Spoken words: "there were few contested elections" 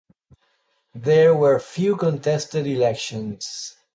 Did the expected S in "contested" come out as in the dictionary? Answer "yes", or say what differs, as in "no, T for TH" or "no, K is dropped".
yes